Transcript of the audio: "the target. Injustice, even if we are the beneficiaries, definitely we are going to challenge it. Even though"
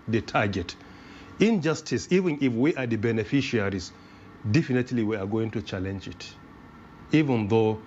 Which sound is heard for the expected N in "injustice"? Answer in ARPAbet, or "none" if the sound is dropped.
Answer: N